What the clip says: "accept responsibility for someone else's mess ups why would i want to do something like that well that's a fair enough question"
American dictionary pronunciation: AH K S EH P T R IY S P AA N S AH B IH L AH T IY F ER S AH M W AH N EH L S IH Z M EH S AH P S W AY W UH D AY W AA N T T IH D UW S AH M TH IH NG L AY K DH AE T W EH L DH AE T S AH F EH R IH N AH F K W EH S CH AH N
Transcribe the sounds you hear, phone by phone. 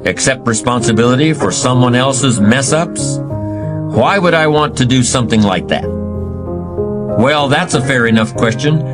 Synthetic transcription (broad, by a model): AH K S EH P T R IY S P AA N S AH B IH L AH T IY F ER S AH M W AH N EH L S IH Z M EH S AH P S W AY W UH D AY W AA N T T IH D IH S AH M TH IH NG L AY K DH AE T W EH L DH AE T S AH F EH R IH N AH F K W EH S CH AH N